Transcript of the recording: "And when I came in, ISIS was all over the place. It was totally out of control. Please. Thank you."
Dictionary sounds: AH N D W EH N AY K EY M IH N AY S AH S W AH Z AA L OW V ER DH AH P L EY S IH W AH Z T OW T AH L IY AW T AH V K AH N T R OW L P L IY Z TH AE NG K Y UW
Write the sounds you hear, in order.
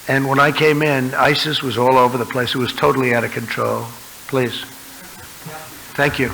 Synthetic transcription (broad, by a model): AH N W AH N AY K EY M IH N AY S AH S W AH Z AA L OW V ER DH AH P L EY S IH W AH Z T OW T L IY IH T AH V K AH N T R OW L P L IY Z TH AE NG K Y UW